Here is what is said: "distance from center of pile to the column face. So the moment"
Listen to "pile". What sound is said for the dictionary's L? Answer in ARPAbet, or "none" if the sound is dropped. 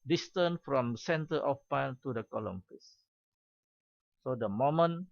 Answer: N